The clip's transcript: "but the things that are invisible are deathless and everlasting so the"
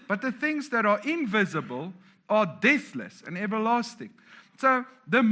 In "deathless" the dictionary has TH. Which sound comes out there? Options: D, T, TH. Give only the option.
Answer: TH